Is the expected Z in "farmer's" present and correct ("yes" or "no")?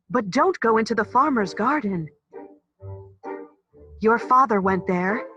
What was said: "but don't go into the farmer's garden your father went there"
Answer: yes